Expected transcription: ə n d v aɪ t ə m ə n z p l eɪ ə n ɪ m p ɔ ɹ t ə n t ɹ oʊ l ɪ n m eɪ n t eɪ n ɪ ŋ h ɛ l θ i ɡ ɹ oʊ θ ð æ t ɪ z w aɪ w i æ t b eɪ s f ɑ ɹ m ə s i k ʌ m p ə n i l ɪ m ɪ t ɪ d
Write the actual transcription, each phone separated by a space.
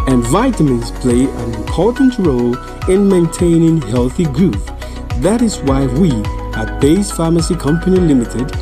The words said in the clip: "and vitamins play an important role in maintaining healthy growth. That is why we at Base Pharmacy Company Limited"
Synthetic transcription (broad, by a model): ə n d v aɪ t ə m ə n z p l eɪ ə n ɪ m p ɔ ɹ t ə n t ɹ oʊ l ɪ n m eɪ n t eɪ n ɪ ŋ h ɛ l θ i ɡ ɹ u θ ð æ t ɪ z w aɪ w i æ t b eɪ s f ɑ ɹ m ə s i k ʌ m p ə n i l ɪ m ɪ t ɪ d